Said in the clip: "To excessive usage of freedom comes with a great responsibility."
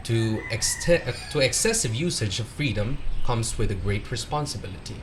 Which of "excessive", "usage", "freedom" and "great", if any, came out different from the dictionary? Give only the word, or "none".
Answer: none